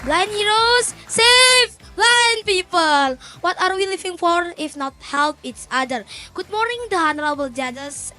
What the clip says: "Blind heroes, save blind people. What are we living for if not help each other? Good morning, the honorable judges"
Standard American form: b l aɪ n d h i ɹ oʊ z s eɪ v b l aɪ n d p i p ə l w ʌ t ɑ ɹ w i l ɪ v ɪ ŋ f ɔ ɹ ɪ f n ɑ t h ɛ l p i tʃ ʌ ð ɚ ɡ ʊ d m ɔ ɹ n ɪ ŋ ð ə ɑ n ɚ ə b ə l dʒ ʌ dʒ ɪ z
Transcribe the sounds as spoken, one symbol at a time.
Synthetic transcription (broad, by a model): b l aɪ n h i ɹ oʊ s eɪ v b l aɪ n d p i p ə l w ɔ t ɑ ɹ w i l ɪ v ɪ ŋ f ɔ ɹ ɪ f n ɑ t h ɛ l p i s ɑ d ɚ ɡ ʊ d m ɔ ɹ n ɪ ŋ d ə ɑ n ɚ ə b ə l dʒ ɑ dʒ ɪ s